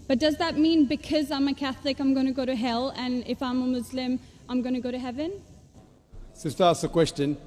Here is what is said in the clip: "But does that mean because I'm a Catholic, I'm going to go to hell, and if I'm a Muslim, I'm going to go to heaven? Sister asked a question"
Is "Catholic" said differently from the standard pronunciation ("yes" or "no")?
no